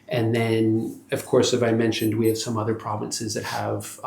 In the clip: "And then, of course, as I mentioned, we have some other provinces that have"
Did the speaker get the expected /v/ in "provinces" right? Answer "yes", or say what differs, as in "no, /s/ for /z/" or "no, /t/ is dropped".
yes